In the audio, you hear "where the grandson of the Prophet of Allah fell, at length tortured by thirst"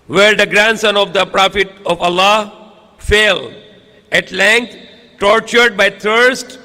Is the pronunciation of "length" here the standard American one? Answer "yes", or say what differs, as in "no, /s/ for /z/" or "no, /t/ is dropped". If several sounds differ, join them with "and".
no, /t/ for /θ/